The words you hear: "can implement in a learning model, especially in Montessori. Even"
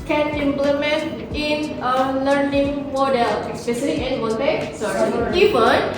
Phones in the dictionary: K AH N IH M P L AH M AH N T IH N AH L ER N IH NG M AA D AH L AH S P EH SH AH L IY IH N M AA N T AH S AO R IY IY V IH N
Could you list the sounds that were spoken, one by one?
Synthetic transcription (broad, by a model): K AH N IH M P L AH M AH N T IH N AH L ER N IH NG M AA D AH L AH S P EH S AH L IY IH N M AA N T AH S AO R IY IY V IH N